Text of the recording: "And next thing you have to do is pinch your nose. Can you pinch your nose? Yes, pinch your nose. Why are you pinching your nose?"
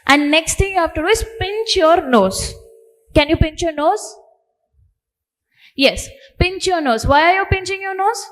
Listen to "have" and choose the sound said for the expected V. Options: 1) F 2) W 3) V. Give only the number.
1